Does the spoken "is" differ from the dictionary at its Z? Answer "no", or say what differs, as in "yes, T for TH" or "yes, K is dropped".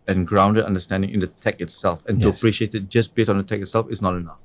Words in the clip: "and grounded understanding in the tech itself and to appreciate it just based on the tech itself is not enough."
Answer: yes, S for Z